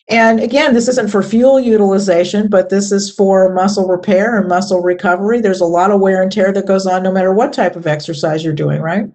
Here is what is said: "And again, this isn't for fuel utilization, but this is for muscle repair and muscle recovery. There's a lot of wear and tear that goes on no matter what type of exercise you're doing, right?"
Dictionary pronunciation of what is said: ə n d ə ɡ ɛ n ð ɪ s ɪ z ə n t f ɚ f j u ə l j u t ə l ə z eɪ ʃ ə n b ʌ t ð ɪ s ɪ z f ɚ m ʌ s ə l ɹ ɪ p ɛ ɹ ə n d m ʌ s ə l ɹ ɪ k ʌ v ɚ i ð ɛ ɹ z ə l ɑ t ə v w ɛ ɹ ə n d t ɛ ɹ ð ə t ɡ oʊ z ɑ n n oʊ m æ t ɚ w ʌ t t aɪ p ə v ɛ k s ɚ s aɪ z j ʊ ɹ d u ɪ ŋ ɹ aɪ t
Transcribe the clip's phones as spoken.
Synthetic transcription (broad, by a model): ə n ə ɡ ɛ n ð ɪ s ɪ z ə n t f ɚ f j u l j u t ə l ə z eɪ ʃ ə n b ʌ t ð ɪ s ɪ z f ɚ m ʌ s l ɹ ɪ p ɛ ɹ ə n m ʌ s l ɹ ɪ k ʌ v ɚ i ð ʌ ɹ z ə l ɑ t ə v w ɛ ɹ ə n t ɛ ɹ ð ə t ɡ oʊ z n n oʊ m æ t ɚ w ʌ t t aɪ p ə v ɛ k s ɚ s aɪ z j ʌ ɹ d u ɪ ŋ ɹ aɪ t